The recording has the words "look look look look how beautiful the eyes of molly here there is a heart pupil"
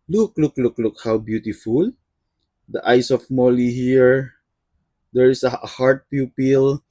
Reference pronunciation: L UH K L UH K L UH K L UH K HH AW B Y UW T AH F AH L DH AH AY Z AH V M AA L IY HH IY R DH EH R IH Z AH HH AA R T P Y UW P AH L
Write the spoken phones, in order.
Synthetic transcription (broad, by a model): L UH K L UH K L UH K L UH K HH AW B Y UW T AH F AH L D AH AY S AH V M AA L IY HH IY R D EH R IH S AH HH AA R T P Y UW P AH L